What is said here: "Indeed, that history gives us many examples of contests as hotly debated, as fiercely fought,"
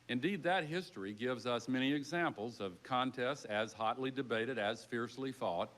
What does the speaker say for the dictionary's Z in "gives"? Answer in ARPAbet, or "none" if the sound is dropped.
Z